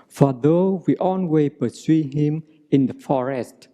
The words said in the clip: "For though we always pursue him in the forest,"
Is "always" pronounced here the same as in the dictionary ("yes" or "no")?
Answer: no